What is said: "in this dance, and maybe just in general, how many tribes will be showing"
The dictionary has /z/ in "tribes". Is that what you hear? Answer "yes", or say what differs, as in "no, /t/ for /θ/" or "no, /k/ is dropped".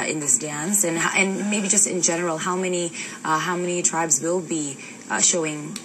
yes